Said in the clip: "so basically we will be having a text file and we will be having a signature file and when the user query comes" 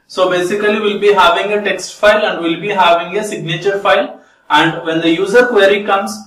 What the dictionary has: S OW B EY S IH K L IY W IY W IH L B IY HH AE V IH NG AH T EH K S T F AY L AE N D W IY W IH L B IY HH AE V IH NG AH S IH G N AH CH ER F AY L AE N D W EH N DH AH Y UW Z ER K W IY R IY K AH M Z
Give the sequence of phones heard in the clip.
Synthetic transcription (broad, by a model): S OW B EY S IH K IY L IY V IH L B IY HH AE V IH NG AH T EH K S T F AY L AE N D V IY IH L B IY HH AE V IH NG AH S IH G N AH CH ER F AY L AE N D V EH N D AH Y UW Z ER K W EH R IY K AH M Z